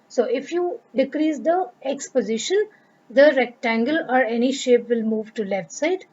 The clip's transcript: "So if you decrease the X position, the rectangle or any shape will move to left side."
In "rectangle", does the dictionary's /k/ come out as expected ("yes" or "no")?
yes